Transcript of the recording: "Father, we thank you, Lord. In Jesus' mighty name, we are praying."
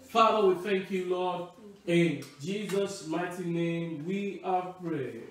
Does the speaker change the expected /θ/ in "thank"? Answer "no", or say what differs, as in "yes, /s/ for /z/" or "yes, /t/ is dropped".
no